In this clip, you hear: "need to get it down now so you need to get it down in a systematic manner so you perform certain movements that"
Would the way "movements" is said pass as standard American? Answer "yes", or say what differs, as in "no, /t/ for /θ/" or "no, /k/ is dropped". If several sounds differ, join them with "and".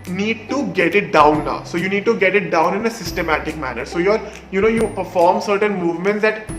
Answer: yes